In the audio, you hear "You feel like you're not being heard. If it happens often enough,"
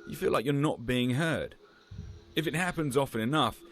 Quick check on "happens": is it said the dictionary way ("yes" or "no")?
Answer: yes